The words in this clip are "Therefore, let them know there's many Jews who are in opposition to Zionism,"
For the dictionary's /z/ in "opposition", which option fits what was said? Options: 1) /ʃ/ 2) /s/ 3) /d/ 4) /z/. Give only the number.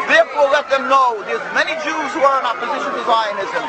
4